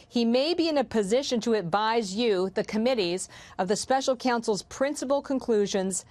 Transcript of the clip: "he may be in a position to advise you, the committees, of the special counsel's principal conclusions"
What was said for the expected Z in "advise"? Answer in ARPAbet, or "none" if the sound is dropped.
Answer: Z